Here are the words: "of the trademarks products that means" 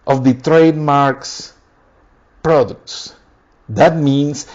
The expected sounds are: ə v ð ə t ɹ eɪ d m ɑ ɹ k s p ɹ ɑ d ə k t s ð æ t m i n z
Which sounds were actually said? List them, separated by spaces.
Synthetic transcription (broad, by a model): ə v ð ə t ɹ eɪ d m ɑ ɹ k s p ɹ ɑ d ə k t s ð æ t m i n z